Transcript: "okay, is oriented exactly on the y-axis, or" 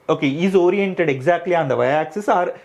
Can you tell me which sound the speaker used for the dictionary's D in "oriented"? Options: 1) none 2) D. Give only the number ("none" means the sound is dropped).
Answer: 2